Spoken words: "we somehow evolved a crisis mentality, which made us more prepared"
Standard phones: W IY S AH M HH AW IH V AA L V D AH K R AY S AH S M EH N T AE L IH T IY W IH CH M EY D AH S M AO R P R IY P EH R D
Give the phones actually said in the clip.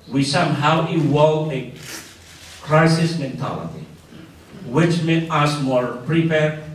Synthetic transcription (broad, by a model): W IY S AH M HH AW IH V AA L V AH K R AY S AH S M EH N T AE L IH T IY W IH CH M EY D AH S M AO R P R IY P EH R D